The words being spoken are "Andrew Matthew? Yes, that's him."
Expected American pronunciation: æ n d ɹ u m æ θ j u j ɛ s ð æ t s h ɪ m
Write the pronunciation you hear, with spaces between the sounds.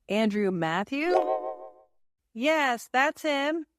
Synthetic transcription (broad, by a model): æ n d ɹ u m æ θ j u j ɛ s ð æ t s h ɪ m